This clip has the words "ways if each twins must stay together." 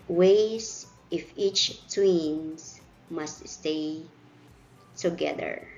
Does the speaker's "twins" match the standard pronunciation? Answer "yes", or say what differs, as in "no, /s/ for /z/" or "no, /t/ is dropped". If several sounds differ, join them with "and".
no, /s/ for /z/